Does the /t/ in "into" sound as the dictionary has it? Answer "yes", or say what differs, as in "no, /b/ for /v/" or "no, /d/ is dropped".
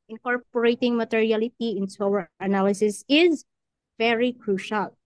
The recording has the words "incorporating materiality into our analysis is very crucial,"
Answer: no, /s/ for /t/